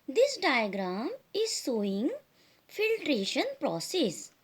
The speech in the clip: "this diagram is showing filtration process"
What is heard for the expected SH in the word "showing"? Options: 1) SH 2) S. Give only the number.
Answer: 2